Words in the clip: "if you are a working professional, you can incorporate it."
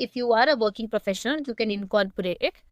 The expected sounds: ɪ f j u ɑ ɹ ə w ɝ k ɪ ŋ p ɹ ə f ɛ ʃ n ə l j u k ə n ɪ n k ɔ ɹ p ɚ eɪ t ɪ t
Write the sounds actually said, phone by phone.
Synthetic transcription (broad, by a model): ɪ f j u ɑ ɹ ə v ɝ k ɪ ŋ p ɹ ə f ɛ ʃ ə n j u k ə n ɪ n k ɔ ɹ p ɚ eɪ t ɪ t